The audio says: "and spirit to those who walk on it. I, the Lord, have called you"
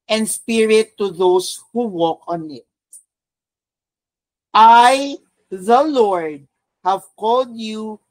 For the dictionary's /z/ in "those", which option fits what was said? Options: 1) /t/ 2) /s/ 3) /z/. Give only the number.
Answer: 2